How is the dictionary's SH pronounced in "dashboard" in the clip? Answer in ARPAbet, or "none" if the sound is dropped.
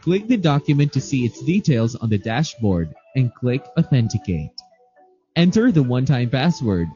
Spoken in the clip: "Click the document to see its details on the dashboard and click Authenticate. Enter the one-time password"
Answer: SH